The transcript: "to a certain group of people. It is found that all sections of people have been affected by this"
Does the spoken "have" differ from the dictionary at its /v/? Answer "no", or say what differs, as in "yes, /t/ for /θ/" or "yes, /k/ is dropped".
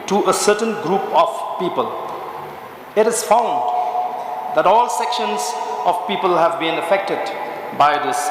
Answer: no